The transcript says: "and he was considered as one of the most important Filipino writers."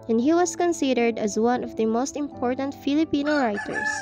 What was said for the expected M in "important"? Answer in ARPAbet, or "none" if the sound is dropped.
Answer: M